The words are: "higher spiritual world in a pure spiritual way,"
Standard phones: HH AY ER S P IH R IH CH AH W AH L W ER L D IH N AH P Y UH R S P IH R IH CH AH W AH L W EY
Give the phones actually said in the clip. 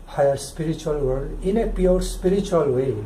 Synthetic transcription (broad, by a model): HH AY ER S P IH R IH CH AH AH L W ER D IH N AH P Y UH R S P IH R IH CH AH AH L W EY